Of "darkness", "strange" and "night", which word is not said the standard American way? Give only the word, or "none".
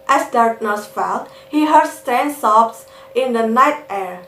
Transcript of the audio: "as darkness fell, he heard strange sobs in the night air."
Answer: strange